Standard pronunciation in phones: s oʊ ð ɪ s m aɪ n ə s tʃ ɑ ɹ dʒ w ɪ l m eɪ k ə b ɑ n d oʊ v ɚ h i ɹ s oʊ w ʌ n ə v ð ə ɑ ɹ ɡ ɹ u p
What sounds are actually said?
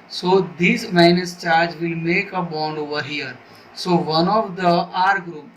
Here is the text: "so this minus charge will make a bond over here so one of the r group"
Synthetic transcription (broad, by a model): s oʊ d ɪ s m aɪ n ə s tʃ ɑ ɹ dʒ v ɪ l m eɪ k ə b ɑ n d oʊ v ɚ h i ɹ s oʊ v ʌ n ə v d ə ɑ ɹ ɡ ɹ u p